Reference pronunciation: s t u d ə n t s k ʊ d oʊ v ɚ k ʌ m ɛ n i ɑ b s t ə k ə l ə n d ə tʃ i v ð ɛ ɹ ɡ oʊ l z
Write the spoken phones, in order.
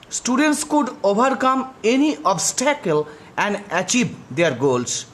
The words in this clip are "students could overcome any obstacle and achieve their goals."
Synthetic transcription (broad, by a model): s t u d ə n t s k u d oʊ b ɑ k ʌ m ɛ n i ɑ b s t ə k ə l ə n d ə tʃ i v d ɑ ɹ ɡ oʊ l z